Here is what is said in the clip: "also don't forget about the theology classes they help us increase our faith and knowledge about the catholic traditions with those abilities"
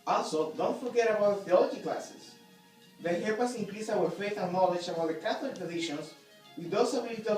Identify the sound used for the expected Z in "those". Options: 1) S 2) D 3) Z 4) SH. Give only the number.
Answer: 1